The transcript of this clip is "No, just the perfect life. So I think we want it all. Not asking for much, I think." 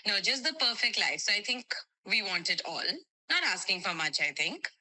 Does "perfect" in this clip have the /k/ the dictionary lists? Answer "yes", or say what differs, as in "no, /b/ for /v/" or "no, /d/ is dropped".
yes